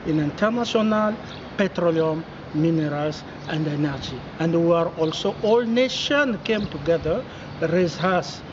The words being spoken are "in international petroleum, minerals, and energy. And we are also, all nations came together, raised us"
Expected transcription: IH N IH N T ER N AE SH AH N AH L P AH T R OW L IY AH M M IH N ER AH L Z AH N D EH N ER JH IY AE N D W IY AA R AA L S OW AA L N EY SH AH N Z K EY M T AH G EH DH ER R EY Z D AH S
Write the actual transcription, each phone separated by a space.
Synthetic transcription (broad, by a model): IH N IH N T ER N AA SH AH N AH L P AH T R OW L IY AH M M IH N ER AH L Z AH N D EH N ER JH IY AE N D W IY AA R AA L S OW AA L N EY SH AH N K EY M T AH G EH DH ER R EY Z AH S